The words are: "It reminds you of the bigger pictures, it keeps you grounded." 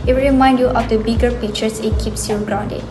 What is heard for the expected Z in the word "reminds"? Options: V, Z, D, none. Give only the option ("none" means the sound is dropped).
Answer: none